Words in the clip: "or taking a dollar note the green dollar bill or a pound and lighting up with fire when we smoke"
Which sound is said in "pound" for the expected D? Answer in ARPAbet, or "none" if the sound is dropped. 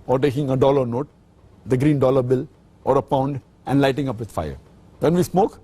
D